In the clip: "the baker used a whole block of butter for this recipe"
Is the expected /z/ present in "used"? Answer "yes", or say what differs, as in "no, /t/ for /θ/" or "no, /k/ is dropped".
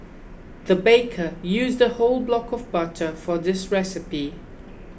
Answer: yes